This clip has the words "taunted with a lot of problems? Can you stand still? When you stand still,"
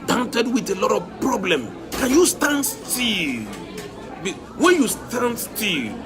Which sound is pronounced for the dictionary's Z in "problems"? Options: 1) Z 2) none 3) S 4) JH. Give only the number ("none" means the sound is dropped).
2